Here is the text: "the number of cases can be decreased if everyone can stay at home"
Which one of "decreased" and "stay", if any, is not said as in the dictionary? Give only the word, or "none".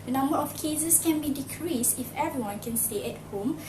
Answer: none